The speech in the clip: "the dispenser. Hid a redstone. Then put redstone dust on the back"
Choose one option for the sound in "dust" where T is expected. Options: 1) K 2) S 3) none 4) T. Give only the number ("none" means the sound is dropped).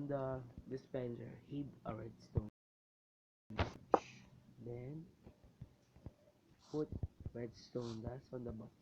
3